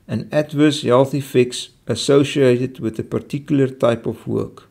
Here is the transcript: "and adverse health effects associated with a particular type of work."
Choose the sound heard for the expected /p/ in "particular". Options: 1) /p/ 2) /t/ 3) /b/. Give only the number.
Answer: 1